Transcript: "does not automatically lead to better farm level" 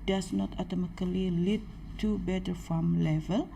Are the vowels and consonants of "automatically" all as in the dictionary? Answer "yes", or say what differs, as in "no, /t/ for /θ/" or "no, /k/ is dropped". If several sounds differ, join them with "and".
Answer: no, /k/ is dropped